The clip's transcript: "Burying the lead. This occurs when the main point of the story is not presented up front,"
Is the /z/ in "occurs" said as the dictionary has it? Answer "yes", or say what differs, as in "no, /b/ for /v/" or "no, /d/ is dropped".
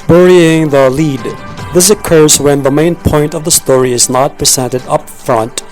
yes